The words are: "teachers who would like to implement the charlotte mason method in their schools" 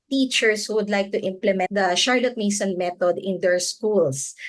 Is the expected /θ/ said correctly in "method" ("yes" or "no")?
no